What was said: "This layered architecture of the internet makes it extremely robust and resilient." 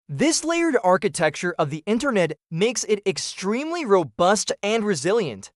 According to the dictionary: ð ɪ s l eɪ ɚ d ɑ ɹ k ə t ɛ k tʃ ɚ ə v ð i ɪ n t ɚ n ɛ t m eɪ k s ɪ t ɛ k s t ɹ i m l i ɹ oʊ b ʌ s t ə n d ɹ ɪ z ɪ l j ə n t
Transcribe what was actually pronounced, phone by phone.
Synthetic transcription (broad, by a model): ð ɪ s l eɪ ɚ d ɑ ɹ k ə t ɛ k tʃ ɚ ə v ð i ɪ n t ɚ n ɛ t m eɪ k s ɪ t ɛ k s t ɹ i m l i ɹ oʊ b ʌ s t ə n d ɹ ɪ z ɪ l j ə n t